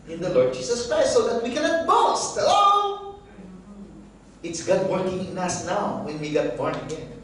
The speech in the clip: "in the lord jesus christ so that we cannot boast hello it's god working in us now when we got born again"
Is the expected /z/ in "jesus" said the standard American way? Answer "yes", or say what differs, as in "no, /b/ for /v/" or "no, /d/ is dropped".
no, /s/ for /z/